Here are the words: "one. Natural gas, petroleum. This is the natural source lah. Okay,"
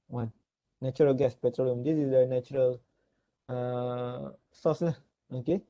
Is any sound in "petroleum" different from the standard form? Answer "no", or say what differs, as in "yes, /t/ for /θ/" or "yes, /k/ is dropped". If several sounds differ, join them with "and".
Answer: no